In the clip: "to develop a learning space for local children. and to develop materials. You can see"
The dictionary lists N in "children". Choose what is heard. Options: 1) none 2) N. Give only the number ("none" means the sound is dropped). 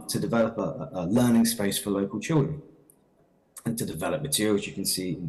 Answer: 1